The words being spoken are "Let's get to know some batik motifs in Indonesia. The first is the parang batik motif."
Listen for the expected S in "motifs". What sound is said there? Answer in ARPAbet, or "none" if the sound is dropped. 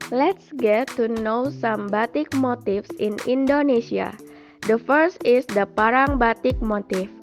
S